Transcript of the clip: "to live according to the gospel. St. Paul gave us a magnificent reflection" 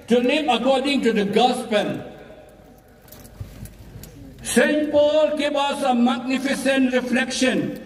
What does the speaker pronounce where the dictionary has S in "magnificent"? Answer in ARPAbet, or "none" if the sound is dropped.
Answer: S